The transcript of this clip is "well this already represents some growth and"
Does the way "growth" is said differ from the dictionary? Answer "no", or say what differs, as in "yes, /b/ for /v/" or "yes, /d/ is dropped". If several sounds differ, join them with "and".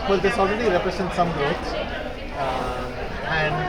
yes, /ɹ/ is dropped and /s/ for /θ/